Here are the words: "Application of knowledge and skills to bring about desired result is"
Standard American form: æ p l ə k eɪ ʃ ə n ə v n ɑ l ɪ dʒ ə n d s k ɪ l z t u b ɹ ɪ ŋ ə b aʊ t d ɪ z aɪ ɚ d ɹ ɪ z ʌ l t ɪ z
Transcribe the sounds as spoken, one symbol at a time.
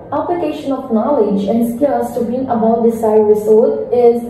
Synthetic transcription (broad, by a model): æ p l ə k eɪ ʃ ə n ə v n ɑ l ɪ dʒ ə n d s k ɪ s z t u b ɪ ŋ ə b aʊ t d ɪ s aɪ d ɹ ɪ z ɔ t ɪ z